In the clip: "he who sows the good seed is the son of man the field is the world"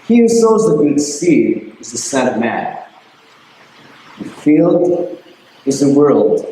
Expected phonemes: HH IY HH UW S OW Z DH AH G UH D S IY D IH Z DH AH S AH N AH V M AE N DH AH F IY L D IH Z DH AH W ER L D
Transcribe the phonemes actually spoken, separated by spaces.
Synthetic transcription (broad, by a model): HH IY HH UW S OW Z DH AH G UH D S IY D IH Z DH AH S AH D M AE N DH AH F IY L D IH Z DH AH W ER L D